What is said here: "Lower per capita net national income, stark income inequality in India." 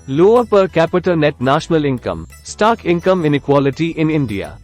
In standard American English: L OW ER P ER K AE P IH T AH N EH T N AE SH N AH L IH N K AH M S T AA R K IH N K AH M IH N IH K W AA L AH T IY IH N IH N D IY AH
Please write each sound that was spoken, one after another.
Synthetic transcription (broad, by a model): L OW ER P ER K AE P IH T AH N EH T N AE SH N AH L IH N K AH M S T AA K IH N K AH M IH N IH K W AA L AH T IY IH N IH N D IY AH